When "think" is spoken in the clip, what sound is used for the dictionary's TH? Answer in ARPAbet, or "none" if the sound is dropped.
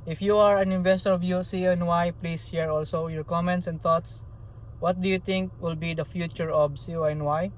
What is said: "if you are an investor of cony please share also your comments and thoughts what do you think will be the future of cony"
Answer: T